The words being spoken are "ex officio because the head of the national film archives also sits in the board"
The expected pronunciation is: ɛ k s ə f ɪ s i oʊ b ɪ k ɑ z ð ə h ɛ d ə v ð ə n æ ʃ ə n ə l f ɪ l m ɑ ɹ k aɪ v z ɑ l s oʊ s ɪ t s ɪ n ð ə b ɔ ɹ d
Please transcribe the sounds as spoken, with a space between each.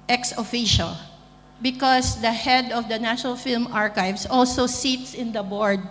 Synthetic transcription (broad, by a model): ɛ k s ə f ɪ ʃ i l b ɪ k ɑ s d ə h ɛ d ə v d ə n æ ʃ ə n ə l f ɪ l m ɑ ɹ k aɪ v s ɑ l s oʊ s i t s ɪ n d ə b ɔ ɹ d